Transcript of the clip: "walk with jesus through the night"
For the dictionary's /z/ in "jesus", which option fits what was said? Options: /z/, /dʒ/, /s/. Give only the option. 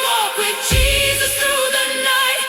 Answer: /z/